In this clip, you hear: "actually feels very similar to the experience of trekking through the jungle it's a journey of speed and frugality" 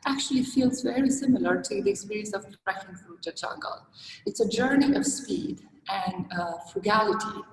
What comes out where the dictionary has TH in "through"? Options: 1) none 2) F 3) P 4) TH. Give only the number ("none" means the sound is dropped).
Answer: 2